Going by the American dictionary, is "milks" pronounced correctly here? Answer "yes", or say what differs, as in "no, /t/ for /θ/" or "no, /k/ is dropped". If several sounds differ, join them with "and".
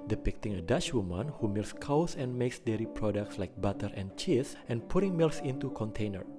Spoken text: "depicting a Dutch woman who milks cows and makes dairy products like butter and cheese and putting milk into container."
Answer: no, /k/ is dropped